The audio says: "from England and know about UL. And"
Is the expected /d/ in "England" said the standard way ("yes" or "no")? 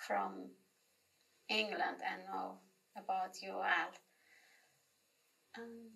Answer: yes